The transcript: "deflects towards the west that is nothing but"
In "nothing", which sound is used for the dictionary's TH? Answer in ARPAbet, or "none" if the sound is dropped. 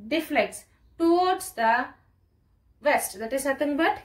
T